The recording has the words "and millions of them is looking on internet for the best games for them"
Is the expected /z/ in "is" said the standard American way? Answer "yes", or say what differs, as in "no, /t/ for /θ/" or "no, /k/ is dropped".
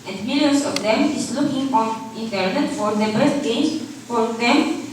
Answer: no, /s/ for /z/